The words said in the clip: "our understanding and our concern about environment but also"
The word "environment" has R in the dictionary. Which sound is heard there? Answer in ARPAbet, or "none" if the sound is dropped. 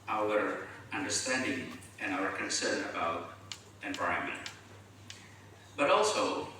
none